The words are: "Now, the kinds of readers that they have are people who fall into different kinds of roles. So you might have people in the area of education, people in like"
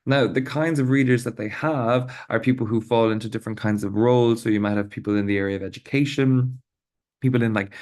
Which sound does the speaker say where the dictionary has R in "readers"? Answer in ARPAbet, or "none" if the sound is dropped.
R